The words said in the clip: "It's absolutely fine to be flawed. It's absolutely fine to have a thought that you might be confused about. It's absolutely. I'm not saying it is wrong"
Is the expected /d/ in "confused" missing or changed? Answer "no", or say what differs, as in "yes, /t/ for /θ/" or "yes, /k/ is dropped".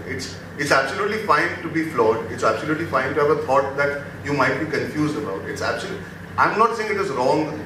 no